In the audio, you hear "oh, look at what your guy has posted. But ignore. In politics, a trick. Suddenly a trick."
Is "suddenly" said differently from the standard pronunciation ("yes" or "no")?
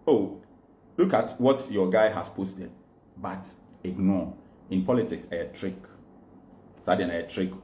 yes